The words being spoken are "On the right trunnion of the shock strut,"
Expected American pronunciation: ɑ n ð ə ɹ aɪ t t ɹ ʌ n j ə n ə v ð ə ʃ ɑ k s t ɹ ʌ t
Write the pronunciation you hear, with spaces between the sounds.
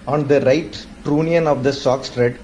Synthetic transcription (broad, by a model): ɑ n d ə ɹ aɪ t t ɹ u n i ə n ə v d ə s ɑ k s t ɹ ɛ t